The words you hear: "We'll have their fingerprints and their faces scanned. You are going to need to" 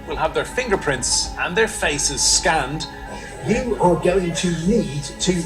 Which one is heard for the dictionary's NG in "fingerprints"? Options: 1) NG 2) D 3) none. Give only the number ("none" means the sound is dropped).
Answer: 1